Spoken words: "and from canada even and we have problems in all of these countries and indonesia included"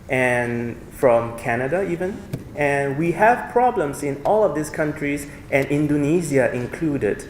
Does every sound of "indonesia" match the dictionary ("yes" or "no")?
no